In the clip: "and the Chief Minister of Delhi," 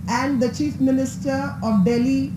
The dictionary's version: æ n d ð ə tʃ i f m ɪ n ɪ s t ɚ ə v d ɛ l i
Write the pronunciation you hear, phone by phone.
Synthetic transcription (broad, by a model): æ n d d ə tʃ i f m ɪ n ɪ s t ɚ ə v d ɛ l i